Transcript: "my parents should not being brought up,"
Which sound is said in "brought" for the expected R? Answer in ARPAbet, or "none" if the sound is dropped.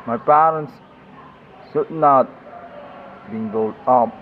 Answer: none